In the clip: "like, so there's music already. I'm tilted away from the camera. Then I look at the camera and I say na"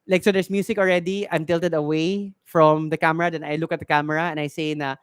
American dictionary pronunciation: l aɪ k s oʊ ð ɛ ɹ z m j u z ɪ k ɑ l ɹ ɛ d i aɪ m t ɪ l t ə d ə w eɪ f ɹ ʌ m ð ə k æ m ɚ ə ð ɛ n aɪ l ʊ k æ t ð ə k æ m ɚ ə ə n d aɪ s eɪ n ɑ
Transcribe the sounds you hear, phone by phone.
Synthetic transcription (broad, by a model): l aɪ k s oʊ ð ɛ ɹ s m j u s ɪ k ɑ l ɹ ɛ d i aɪ m t ɪ l t ə d ə w eɪ f ɹ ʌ m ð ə k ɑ m ɚ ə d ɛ n aɪ l ʊ k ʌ t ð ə k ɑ m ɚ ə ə n aɪ s eɪ n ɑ